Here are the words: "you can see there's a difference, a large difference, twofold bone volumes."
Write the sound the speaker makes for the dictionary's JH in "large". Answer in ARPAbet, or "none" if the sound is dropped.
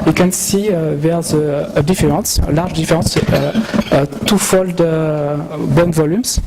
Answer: ZH